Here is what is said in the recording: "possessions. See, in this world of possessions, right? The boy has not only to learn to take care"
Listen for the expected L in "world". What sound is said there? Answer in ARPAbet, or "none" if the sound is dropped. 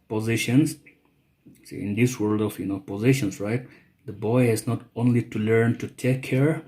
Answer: L